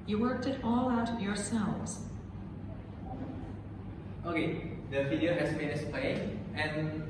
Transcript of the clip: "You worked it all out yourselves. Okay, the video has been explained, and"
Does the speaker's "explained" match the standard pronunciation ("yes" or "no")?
no